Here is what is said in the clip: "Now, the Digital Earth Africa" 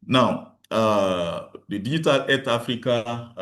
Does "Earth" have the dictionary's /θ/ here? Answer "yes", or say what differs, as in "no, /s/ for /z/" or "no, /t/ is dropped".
no, /t/ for /θ/